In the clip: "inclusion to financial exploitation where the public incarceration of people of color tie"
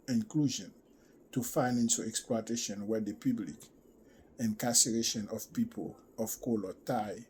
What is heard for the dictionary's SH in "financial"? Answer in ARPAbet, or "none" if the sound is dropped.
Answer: S